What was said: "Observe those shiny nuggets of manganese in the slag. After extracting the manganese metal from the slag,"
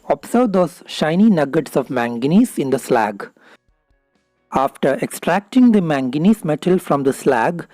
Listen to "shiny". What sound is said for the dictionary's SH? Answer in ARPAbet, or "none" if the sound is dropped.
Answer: SH